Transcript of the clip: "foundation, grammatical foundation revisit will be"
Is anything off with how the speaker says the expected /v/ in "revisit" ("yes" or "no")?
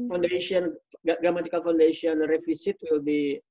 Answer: yes